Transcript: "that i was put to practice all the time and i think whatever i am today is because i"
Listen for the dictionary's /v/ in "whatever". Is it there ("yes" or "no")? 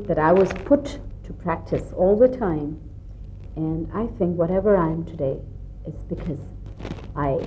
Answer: yes